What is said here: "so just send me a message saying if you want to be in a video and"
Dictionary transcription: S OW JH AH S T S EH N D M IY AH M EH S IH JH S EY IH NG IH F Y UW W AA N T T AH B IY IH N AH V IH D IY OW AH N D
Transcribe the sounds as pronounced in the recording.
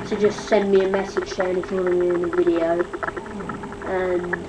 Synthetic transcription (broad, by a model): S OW JH AH S T S EH N M IY AH M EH S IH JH SH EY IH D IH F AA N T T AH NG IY IH N AH V IH D IY OW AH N